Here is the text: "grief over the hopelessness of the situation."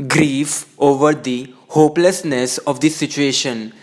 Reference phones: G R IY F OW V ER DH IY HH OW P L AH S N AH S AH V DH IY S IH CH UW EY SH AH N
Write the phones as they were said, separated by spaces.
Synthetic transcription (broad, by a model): G R IY F OW V ER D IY HH OW P L AH S N AH S AH V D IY S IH CH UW EY SH AH N